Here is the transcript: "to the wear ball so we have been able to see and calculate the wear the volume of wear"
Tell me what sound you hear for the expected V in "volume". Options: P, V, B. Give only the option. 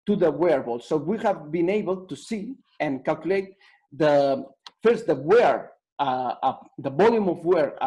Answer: B